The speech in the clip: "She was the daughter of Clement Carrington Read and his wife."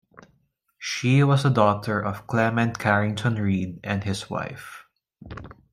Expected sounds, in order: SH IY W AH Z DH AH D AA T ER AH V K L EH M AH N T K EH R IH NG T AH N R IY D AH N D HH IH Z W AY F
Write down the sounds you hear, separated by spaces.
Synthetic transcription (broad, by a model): SH IY W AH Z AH D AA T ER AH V K L EH M AH N T K EH R IH NG T AH N R IY D AH N D HH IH S W AY F